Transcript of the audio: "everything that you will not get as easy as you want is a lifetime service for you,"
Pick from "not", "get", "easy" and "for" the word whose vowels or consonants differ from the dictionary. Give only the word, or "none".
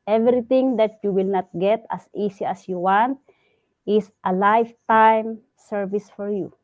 easy